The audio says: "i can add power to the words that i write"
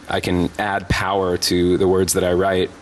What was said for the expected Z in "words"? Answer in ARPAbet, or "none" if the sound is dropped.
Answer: Z